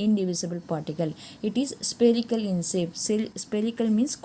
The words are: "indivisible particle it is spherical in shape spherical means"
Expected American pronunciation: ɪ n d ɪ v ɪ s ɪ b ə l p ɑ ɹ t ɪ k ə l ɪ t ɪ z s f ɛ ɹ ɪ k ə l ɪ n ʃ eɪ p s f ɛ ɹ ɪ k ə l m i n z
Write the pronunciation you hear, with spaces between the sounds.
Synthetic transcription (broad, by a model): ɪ n d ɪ v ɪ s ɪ b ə l p ɑ ɹ t ɪ k ə l ɪ t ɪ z s p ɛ ɹ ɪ k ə l ɪ n s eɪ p s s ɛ ɹ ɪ k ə l m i n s